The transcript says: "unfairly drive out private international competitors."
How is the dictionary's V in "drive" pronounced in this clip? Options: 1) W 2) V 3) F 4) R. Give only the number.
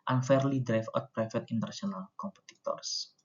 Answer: 3